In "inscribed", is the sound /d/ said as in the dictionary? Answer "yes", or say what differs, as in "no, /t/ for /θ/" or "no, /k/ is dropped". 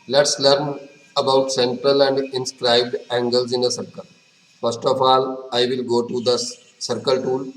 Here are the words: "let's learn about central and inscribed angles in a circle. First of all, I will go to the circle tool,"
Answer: yes